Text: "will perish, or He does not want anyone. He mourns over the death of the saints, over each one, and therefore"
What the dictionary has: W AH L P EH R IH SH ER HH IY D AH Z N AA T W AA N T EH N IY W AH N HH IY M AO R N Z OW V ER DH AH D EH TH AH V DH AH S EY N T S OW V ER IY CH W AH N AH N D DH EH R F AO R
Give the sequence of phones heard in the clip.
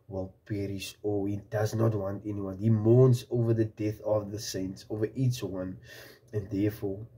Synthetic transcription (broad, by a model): W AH L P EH R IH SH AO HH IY D AH Z N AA T W AA N T EH N IY W AH N HH IY M AO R N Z OW V ER DH AH D EH TH AH V DH AH S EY N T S OW V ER IY CH W AH N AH N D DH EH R F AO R